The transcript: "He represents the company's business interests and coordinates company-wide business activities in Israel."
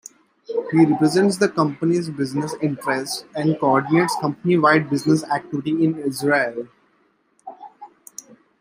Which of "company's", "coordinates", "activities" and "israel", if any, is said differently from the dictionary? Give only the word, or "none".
activities